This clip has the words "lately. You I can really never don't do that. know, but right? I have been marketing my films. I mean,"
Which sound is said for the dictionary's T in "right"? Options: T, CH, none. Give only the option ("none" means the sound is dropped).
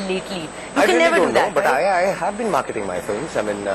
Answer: none